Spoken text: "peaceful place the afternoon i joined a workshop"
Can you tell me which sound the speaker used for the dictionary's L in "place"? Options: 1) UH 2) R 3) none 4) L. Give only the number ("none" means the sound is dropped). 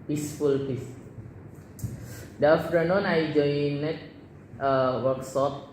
3